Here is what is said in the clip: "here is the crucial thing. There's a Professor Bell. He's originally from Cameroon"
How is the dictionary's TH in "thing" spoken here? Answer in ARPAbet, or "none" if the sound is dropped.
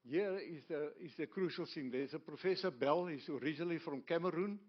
S